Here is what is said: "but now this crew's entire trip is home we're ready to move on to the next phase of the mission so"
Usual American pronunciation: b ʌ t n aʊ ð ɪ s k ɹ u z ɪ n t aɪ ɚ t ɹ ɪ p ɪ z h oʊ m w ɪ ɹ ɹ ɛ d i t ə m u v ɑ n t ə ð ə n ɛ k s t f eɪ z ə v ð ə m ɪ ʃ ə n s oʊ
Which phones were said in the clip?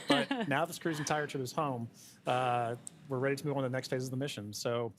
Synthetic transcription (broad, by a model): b ʌ t n aʊ ð ɪ s k ɹ u z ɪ n t aɪ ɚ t ɪ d ɪ z h oʊ m w ɪ ɹ ɹ ɛ d i t ə m u v n ð ə n ɛ k s t f eɪ z ə v ð ə m ɪ ʃ ə n s oʊ